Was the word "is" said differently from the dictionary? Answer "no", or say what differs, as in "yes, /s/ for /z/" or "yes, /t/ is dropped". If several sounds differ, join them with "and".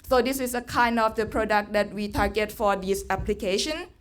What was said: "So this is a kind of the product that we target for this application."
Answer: yes, /s/ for /z/